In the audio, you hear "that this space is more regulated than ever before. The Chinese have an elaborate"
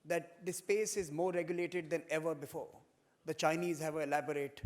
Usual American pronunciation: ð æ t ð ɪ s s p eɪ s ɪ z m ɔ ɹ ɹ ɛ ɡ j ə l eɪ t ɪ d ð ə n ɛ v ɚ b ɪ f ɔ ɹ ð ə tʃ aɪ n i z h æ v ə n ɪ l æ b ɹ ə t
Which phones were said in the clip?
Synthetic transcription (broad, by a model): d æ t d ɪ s s p eɪ s ɪ z m ɔ ɹ ɹ ɛ ɡ j ə l eɪ t ɪ d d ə n ɛ v ɚ b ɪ f ɔ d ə tʃ aɪ n i z h æ v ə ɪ l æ b ɹ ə t